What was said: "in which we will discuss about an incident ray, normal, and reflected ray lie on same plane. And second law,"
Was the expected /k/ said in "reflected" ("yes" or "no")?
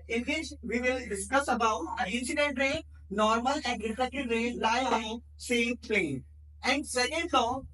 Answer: no